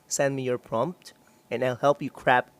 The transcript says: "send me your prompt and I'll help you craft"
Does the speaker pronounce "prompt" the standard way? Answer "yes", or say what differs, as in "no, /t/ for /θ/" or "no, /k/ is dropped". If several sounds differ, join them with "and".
yes